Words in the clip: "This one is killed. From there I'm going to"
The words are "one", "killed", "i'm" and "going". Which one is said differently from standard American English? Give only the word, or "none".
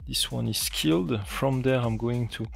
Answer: none